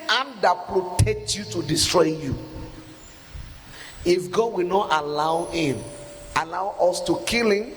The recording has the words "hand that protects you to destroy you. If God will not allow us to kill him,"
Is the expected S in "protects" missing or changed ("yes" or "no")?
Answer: yes